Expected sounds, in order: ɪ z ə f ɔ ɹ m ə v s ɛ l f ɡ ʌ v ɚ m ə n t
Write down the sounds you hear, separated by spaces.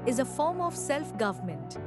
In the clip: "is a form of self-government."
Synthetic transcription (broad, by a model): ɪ z ə f ɔ ɹ m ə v s ɛ l f ɡ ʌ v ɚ m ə n t